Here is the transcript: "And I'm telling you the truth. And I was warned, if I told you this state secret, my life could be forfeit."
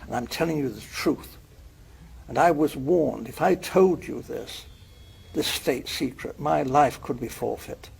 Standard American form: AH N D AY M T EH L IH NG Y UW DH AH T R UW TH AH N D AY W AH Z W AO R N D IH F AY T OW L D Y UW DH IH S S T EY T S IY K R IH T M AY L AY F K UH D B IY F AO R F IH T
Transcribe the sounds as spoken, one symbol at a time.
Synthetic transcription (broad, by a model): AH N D AY M T EH L IH NG Y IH DH AH T R UW TH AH N AY W AH Z W AO R N D IH F AY T OW L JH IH DH IH S S T EY T S IY K R IH T M AY L AY F K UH D B IY F AO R F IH T